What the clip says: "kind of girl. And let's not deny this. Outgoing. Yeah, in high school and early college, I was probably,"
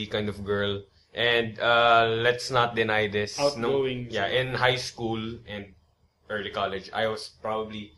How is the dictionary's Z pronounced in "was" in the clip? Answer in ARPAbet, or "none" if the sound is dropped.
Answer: S